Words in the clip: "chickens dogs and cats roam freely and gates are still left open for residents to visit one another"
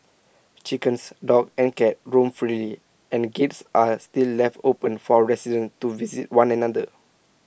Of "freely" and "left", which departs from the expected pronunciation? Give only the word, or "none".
none